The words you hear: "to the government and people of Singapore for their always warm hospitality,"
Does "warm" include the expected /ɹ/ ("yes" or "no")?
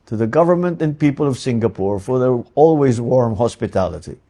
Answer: yes